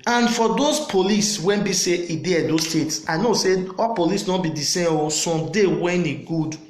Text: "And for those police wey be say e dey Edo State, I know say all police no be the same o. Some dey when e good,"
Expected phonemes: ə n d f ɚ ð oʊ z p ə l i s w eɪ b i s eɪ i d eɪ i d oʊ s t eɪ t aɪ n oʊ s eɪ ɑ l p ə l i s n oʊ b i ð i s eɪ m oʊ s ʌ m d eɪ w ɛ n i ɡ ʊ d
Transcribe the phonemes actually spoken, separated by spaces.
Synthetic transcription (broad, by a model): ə n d f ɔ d oʊ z p ə l i s w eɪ b i s eɪ i d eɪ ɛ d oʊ s t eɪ t aɪ n oʊ s eɪ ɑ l p ə l i s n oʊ b i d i s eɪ oʊ s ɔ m d eɪ w ɛ n i ɡ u d